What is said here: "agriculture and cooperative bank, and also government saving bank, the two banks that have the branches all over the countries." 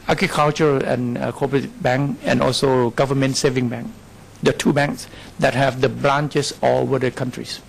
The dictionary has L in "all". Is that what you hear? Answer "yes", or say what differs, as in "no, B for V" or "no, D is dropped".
no, W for L